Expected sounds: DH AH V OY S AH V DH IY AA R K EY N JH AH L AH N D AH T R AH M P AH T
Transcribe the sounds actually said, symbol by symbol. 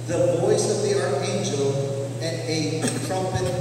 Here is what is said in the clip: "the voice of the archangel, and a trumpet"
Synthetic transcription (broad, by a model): DH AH V OY S AH V DH IY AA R EY N JH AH L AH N AH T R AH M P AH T